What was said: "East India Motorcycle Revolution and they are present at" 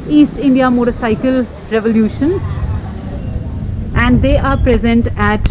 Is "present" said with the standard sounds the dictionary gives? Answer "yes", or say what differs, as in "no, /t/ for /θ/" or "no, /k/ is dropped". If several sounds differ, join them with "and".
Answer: yes